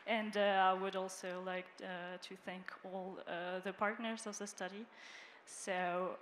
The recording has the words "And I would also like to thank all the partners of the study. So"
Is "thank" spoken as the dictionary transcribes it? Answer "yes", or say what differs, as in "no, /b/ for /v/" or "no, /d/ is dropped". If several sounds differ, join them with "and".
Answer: yes